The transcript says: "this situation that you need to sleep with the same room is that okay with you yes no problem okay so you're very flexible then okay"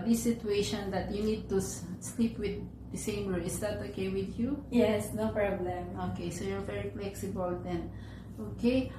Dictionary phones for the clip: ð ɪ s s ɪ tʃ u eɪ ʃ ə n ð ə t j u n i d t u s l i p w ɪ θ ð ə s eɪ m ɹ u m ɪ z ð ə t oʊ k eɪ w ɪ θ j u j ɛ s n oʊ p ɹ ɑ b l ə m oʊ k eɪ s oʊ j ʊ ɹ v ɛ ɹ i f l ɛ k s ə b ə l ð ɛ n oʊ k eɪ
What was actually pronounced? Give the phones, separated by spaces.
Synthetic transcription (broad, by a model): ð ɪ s s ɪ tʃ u eɪ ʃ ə n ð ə t j u n i d t u s l i p w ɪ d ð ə s eɪ m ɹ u ɪ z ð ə t oʊ k eɪ w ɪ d j u j ɛ s n oʊ p ɹ ɑ b l ə m oʊ k eɪ s oʊ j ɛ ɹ v ɛ ɹ i f l ɛ k s ə b ə l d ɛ n oʊ k eɪ